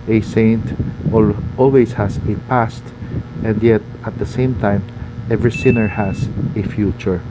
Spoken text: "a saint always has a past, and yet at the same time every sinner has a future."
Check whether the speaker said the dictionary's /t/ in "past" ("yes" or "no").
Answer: yes